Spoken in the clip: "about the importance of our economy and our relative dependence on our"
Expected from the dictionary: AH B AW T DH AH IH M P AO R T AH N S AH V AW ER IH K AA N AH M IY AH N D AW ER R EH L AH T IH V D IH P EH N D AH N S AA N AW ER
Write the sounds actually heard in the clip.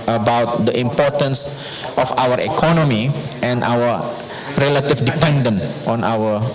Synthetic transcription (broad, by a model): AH B AW T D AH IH M P AO T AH N S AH F AW ER IH K AA N AH M IY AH N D AW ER R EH L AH T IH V D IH P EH N D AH N AA N AW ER